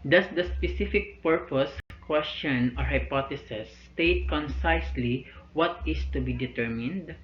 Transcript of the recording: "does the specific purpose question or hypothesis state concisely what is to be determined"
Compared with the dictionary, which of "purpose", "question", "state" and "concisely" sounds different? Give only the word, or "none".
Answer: none